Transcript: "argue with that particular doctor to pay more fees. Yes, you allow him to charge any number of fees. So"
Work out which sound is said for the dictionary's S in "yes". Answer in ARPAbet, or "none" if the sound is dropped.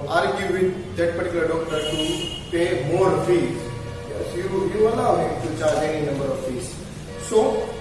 none